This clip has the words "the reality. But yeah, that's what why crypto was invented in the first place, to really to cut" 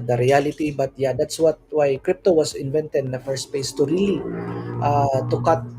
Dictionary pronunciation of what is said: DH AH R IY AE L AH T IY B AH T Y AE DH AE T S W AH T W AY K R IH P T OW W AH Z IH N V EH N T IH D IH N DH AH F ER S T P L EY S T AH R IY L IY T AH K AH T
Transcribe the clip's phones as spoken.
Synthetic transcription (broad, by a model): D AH R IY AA L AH T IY B AH T Y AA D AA T S W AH T W AY K R IH P T OW W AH S IH N V EH N T IH D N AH F ER S T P EY S T AH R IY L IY T AH K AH T